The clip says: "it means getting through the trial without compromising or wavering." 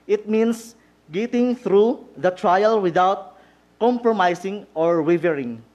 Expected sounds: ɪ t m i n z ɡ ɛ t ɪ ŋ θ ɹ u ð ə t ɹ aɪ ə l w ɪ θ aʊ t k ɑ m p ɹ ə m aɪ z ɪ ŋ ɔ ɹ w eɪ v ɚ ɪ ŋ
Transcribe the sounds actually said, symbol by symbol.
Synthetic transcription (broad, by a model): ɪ t m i n s ɡ ɛ t ɪ ŋ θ ɹ u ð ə t ɹ aɪ ə l w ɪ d aʊ t k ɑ m p ɹ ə m aɪ s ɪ ŋ ɔ ɹ w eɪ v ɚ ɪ ŋ